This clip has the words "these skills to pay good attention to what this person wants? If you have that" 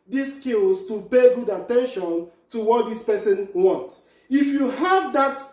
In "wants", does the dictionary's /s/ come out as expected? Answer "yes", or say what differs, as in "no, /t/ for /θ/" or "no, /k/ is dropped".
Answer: no, /s/ is dropped